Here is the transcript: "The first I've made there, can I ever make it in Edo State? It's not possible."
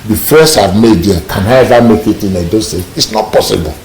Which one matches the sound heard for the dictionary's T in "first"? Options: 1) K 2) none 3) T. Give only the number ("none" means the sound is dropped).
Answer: 2